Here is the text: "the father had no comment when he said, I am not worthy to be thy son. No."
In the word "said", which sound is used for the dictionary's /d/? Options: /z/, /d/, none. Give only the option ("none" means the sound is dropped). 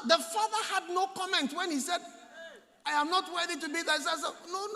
/d/